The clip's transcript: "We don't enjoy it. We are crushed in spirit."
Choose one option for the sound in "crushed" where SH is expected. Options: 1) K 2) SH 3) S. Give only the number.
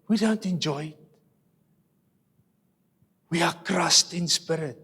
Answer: 3